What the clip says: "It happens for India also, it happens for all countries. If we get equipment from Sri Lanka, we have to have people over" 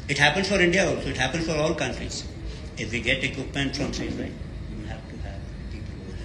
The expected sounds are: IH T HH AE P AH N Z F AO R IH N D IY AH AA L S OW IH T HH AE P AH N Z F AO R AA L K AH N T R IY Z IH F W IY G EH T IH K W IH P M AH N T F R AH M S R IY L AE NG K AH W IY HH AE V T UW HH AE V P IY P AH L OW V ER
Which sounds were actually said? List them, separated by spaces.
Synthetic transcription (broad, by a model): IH T HH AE P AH N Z F AO R IH N D IY AH AA L S OW IH T HH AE P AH N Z F AO R AA L K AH N T R IY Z IH F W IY G EH T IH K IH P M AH N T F R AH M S IY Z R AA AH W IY HH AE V T UW HH AE V P IY P AH L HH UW